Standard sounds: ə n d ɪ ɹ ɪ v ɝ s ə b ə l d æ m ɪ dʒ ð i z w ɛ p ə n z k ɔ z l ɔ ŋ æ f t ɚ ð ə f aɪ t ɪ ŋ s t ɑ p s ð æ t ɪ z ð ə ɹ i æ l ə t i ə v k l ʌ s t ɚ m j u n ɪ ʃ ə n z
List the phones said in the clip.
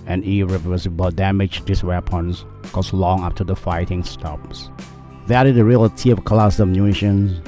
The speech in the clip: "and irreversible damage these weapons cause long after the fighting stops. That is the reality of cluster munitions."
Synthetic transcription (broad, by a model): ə n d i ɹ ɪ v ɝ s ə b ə d æ m ɪ dʒ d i s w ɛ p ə n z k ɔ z l ɔ ŋ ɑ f t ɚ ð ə f aɪ t ɪ ŋ s t ɑ p s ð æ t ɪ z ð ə ɹ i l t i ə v k l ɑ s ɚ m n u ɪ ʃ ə n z